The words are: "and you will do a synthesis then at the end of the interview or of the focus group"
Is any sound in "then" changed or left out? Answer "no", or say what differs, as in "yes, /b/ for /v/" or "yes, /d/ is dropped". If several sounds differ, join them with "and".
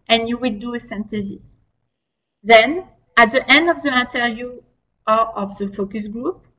no